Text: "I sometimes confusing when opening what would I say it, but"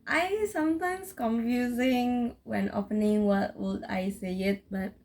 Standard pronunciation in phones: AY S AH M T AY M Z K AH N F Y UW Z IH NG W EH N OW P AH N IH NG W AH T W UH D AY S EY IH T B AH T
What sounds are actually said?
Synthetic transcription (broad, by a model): AY S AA M T AY M S K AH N F Y UW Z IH NG W EH N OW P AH N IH NG W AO T W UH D AY S EY IH T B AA T